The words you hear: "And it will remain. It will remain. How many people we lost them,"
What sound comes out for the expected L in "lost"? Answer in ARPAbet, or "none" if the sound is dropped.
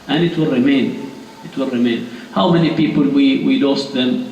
W